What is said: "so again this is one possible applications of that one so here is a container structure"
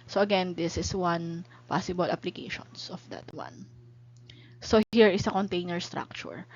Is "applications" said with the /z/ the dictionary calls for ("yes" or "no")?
no